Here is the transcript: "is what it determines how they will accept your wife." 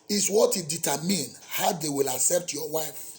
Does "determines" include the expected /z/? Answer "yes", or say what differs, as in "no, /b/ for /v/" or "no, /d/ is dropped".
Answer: no, /z/ is dropped